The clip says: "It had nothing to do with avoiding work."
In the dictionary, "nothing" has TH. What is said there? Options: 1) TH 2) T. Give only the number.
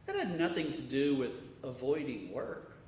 1